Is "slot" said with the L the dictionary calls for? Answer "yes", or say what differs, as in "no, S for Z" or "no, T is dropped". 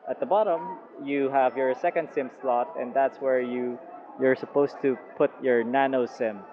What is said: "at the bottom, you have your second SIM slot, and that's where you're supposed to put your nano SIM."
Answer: yes